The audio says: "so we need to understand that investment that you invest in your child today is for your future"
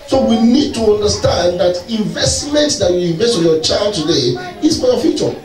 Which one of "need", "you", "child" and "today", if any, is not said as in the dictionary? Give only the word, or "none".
none